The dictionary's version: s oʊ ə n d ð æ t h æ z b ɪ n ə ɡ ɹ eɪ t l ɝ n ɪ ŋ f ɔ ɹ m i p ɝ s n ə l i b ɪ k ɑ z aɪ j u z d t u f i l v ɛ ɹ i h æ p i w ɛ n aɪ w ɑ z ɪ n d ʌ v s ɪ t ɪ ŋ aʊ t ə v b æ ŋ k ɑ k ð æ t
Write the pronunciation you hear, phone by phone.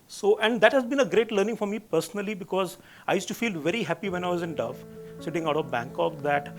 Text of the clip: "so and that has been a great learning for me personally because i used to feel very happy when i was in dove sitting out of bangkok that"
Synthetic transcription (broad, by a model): s oʊ ə n d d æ t h æ z b ɪ n ə ɡ ɹ eɪ t l ɝ n ɪ ŋ f ɔ ɹ m i p ɝ s n ə l i b ɪ k ɑ z aɪ j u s t u f i l v ɛ ɹ i h æ p i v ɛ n aɪ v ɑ z ɪ n d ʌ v s ɪ t ɪ ŋ aʊ t ə v b æ ŋ k ɑ k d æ t